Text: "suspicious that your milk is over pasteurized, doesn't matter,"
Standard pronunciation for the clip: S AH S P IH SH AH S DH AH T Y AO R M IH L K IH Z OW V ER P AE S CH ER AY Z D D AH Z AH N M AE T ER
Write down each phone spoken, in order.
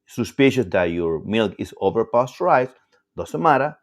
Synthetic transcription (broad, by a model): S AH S P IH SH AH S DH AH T Y AO R M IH L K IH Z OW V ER P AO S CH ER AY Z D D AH S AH M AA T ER